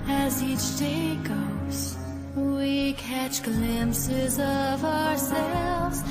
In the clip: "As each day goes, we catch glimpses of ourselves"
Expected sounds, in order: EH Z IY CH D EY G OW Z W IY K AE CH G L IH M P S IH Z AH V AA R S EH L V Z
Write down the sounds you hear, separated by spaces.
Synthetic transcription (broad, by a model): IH Z IY CH D EY G OW Z W IY K AE CH G L IH M P S IH Z AH V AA R S EH L V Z